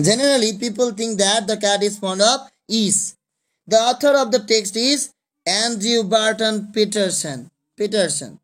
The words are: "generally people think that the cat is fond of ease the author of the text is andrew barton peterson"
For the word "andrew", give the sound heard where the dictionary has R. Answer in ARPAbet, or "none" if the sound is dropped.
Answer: none